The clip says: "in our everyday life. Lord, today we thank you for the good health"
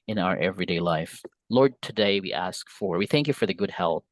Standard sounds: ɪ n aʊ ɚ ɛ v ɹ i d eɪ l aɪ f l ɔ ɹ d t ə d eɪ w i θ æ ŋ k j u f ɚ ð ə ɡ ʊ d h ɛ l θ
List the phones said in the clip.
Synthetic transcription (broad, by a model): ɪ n aʊ ɚ ɛ v ɹ i d eɪ l aɪ f l ɔ ɹ d t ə d eɪ w i θ æ ŋ k j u f ɚ ð ə ɡ ʊ d h ɛ l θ